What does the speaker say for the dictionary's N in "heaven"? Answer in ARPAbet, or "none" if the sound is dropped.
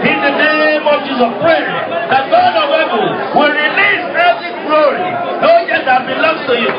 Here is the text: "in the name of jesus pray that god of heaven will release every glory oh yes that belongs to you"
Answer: L